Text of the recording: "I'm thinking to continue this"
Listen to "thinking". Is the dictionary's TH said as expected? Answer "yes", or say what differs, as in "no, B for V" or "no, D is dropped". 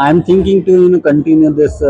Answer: no, T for TH